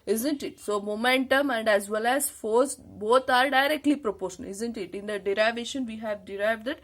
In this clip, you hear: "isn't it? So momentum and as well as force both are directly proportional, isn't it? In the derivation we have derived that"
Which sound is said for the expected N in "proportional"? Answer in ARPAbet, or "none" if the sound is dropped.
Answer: none